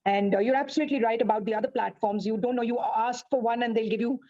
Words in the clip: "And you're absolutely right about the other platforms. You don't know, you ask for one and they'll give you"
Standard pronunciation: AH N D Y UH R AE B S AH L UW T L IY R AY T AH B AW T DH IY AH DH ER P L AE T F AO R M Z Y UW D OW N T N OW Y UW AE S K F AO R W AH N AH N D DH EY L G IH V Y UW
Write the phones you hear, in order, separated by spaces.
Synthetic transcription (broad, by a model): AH N D Y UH R AE B S AH L UW T L IY R AY T AH B AW T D IY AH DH ER P L AE T F AO R M Z Y UW D OW N T N OW Y UW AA S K F AO R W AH N AH N D EY L G IH V Y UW